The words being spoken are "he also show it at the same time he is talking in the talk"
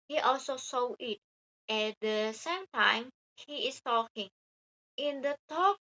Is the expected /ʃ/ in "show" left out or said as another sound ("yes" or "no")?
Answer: yes